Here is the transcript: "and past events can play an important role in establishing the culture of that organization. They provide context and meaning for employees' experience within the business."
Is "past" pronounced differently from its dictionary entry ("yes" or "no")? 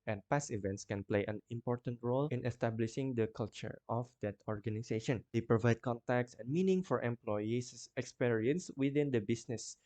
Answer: yes